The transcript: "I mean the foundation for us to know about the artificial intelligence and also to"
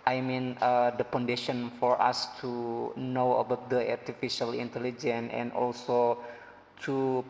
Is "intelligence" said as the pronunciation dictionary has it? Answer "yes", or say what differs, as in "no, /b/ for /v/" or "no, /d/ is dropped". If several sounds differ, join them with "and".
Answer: no, /s/ is dropped